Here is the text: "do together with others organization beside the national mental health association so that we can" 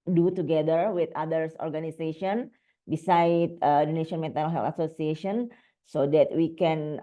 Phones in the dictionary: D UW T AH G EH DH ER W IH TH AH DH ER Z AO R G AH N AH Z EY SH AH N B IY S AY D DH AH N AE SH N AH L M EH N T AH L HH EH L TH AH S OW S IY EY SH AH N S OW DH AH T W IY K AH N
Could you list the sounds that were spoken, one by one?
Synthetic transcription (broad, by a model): D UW T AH G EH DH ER W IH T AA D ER S AO R G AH N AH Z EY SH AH N B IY S AY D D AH N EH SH AH N M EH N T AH N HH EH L T AH S OW S IY EY SH AH N S OW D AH T W IY K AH N